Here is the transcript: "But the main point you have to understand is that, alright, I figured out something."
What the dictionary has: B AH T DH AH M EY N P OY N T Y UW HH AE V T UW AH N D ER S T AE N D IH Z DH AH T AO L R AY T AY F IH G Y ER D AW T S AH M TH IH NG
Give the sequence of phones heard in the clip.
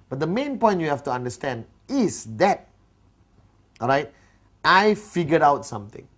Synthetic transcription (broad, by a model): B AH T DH AH M EY N P OY N T Y UW HH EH F T UW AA N D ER S T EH N D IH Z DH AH T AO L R AY T AY F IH G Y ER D AW T S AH M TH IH NG